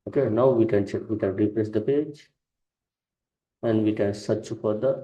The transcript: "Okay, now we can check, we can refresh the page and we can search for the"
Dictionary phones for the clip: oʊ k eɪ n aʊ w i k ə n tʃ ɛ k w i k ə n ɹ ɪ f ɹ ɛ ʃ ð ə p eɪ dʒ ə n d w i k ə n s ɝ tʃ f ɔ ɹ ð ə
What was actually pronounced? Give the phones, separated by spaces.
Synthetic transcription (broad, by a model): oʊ k eɪ n aʊ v i k ə n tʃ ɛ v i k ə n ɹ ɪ p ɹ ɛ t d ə p eɪ dʒ ə n d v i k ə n s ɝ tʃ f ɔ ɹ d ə